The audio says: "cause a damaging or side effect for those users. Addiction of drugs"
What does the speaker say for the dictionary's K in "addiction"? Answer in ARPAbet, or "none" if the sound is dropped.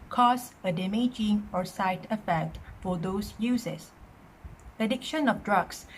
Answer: K